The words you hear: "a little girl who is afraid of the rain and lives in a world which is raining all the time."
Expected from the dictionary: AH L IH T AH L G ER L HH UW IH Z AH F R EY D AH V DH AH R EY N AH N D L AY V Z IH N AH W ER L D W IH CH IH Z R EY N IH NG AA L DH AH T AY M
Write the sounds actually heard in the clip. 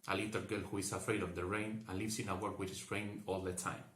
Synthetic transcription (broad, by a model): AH L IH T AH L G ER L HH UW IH S AH F R EY D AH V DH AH R EY N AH N L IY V S IH N AH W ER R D W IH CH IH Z R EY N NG AA L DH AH T AY M